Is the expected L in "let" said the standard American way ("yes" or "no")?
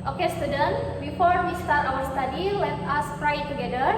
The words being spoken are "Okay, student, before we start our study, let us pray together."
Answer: no